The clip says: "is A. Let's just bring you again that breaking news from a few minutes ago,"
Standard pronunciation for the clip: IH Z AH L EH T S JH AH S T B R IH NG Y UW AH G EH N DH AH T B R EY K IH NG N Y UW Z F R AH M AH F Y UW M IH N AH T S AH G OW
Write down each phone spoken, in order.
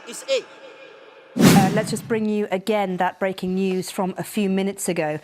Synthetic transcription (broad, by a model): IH AH L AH T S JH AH S B R IH NG Y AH AH G EH N DH AH T B R EY K IH NG N Y UW Z F R AH M AH F Y UW M IH N AH T S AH G OW